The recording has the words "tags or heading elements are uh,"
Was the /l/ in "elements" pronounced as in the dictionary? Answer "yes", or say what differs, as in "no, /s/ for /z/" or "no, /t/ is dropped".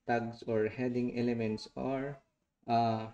yes